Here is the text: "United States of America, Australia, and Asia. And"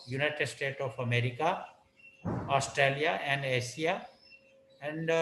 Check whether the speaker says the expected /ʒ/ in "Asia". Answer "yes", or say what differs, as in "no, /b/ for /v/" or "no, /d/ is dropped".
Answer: no, /s/ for /ʒ/